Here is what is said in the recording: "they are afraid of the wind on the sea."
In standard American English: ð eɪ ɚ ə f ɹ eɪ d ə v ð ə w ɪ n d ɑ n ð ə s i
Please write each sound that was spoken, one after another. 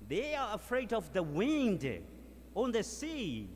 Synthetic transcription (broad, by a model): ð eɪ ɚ ə f ɹ eɪ d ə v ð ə w ɪ n d ɑ n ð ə s i